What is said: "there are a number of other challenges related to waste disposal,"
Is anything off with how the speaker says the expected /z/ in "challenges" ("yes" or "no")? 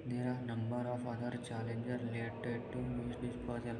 yes